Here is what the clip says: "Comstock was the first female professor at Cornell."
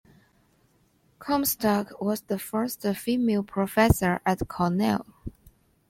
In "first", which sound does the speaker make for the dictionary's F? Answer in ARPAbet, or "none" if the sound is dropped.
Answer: F